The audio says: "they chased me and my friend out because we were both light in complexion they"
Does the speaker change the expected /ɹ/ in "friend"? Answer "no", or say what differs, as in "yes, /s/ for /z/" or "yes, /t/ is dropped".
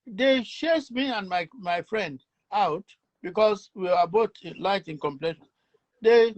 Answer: no